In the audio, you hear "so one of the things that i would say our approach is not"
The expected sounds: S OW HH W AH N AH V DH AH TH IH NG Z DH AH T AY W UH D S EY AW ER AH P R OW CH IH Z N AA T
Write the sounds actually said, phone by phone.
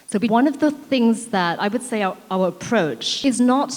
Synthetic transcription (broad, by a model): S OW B W AH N AH V DH AH TH IH NG Z DH AH T AY W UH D S EY AW ER AH P R OW CH IH Z N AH T